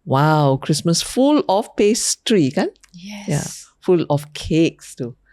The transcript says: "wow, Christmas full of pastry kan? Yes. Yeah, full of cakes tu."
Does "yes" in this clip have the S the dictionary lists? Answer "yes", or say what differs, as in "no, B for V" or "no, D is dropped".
no, S is dropped